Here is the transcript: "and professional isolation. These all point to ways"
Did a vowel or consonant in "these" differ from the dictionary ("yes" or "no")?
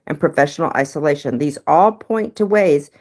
no